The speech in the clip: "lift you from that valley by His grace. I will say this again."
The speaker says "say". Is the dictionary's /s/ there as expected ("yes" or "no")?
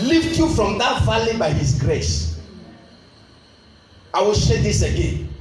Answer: no